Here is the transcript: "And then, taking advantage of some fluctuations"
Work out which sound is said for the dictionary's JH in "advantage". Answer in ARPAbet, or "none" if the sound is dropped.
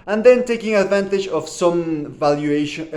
JH